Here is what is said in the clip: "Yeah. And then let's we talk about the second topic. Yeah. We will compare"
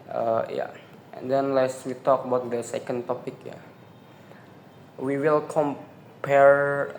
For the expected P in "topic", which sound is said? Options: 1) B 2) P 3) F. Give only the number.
2